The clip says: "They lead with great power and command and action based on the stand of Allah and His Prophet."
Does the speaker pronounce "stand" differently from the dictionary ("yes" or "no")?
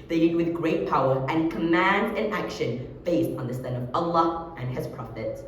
yes